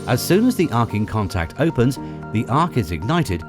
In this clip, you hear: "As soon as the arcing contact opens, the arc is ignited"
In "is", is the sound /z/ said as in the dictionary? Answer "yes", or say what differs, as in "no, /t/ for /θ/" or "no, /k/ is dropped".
yes